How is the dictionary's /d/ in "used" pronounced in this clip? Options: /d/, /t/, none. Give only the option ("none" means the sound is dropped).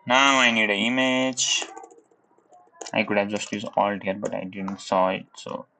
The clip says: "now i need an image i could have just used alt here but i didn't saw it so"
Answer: none